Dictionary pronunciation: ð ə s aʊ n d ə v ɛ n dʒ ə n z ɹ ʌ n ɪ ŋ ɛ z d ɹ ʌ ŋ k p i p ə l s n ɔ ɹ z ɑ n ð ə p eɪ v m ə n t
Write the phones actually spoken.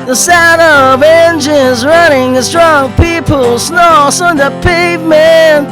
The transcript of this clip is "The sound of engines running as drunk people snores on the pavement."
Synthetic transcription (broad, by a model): ð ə s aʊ d ə v ɛ n dʒ ə n z ɹ ʌ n ɪ ŋ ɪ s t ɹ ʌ ŋ p i p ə l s n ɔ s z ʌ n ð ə p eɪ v m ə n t